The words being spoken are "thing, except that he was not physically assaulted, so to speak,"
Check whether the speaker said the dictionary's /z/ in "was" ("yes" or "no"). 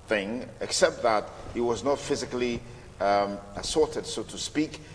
yes